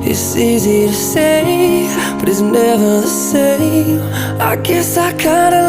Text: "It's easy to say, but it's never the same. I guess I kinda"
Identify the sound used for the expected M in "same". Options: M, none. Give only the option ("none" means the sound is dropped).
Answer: none